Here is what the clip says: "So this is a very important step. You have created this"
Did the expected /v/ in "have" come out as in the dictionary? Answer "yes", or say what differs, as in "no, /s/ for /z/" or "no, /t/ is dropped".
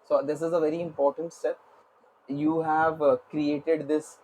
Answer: yes